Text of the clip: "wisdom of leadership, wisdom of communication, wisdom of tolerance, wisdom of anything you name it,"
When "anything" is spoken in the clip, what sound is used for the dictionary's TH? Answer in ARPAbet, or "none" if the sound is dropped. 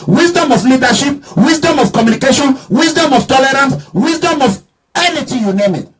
T